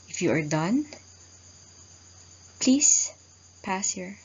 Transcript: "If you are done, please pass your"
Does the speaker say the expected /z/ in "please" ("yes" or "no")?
no